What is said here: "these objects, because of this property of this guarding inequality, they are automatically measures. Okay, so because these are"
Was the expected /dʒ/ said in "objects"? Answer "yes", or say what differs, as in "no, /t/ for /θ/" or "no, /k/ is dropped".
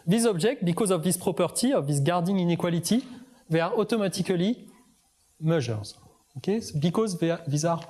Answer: no, /ʒ/ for /dʒ/